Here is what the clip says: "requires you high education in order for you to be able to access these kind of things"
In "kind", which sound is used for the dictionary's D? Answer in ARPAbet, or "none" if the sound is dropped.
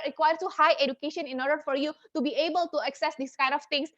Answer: D